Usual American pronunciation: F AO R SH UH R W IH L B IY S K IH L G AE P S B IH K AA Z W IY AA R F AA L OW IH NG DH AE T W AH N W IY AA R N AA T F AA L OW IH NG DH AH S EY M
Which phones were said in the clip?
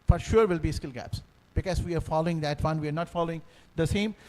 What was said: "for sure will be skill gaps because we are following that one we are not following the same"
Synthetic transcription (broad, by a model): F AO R SH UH R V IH L B IY S K IH L G AE P S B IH K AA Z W IY AA R F AA L OW IH NG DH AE T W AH N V IY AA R N AA T F AA L OW IH NG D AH S EY M